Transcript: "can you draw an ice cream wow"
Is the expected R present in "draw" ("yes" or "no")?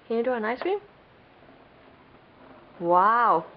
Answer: no